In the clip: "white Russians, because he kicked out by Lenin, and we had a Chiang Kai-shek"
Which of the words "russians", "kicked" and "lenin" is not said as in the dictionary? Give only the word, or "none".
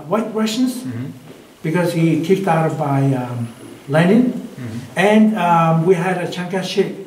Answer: russians